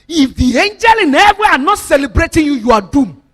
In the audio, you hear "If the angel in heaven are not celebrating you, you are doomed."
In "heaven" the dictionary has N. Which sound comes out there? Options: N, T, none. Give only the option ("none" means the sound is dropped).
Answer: none